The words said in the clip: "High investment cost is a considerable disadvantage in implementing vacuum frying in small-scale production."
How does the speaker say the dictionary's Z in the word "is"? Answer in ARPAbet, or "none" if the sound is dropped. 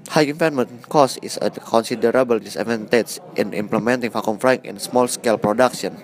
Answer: S